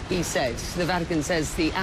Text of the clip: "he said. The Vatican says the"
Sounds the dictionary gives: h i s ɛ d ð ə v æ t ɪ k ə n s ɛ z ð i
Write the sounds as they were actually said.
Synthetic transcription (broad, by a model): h i s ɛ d ð ə v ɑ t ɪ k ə n s ɛ z ð i